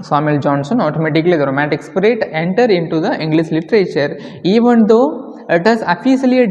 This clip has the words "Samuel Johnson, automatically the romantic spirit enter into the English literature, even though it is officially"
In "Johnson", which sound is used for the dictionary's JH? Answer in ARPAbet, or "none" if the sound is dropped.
JH